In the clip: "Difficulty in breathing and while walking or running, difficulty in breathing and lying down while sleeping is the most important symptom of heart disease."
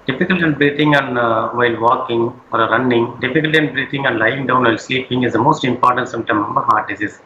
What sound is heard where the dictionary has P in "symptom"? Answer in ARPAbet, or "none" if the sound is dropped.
none